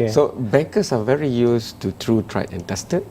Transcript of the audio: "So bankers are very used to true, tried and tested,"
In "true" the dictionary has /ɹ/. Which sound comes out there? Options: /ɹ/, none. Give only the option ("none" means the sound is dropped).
/ɹ/